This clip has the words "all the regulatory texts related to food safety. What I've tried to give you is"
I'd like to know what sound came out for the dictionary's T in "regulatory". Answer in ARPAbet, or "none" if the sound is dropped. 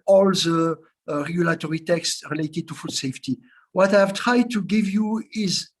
T